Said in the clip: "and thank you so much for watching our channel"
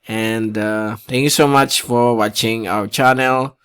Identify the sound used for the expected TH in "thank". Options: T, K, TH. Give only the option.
T